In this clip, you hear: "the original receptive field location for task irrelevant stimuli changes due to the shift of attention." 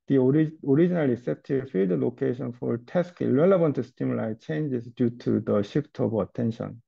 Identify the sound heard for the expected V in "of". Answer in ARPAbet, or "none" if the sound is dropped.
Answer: B